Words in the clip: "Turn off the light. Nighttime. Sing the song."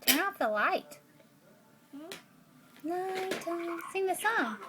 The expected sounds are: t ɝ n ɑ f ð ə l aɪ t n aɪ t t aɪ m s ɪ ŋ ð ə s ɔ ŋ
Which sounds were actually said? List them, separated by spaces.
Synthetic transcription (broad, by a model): t ɝ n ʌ p ð ə l aɪ t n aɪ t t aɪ s ɪ ŋ ð ə s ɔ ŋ